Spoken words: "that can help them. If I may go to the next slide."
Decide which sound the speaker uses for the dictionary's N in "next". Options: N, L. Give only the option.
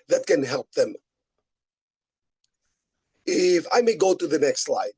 N